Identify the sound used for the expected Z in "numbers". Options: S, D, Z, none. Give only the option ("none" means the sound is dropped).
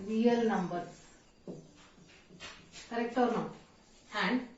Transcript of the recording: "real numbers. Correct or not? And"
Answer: none